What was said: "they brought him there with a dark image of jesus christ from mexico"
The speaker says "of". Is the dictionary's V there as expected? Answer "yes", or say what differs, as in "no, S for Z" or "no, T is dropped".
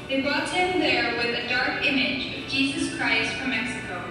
yes